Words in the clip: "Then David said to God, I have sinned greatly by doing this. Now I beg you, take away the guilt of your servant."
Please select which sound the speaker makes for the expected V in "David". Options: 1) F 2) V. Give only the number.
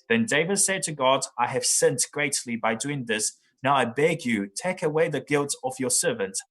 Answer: 2